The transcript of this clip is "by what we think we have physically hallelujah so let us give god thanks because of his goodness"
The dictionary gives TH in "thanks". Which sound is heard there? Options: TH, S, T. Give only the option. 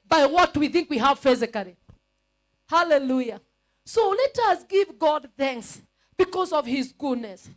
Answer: TH